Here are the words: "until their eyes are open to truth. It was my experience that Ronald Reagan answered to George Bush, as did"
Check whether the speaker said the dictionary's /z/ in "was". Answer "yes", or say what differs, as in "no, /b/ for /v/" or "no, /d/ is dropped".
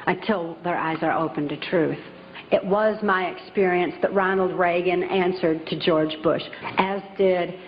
yes